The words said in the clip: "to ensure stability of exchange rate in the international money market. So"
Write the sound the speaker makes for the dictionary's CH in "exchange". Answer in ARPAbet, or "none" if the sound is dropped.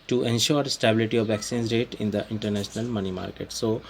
none